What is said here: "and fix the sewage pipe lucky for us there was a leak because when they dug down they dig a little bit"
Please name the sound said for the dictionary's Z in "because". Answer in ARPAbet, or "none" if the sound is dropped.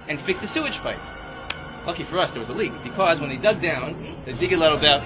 Z